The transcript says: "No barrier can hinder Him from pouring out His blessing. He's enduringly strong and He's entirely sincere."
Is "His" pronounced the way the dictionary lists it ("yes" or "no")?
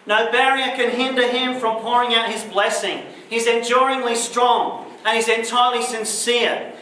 yes